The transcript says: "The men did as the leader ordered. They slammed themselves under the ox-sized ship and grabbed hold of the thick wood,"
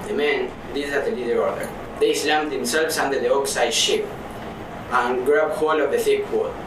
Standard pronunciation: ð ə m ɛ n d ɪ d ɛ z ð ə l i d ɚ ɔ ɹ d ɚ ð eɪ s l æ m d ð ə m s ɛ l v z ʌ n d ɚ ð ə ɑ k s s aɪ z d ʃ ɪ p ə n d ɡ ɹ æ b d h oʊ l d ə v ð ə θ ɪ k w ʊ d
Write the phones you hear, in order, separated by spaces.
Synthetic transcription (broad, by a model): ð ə m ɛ n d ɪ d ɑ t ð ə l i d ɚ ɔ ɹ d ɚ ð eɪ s l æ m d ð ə m s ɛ l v s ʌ n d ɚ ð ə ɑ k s s aɪ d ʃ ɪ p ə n ɡ ɹ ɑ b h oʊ l ə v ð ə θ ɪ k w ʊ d